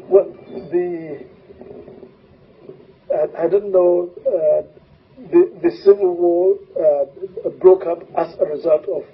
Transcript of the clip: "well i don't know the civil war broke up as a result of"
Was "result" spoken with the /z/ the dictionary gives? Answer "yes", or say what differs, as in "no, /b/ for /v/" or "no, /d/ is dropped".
yes